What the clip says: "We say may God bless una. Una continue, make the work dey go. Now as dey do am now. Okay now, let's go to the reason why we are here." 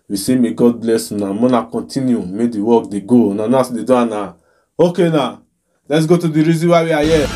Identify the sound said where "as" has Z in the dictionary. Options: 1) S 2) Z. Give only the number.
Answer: 1